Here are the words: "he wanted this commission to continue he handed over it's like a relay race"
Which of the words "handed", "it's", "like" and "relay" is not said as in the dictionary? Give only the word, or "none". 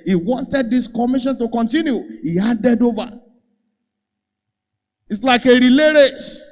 handed